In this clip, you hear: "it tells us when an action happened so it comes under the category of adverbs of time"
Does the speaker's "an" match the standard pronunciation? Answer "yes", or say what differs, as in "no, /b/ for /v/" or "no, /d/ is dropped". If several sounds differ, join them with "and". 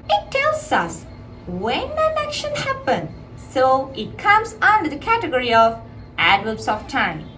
no, /l/ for /n/